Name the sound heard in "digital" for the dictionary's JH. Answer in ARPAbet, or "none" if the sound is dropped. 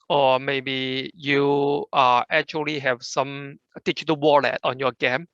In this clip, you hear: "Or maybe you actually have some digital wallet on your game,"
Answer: CH